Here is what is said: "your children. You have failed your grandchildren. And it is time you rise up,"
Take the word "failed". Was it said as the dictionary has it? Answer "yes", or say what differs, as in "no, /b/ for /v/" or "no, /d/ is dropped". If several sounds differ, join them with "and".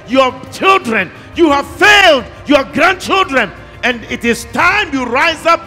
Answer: yes